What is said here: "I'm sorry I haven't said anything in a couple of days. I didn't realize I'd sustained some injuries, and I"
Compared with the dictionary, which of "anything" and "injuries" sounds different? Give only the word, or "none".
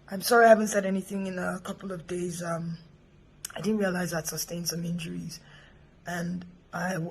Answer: none